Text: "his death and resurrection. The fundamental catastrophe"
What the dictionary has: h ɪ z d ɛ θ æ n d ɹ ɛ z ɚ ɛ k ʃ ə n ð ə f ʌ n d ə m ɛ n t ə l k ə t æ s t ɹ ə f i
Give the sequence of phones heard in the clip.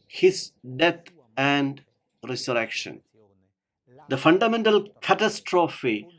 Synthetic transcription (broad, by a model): h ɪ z d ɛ t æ n d ɹ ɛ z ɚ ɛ k ʃ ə n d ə f ʌ n d ə m ɛ n t ə l k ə t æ s t ɹ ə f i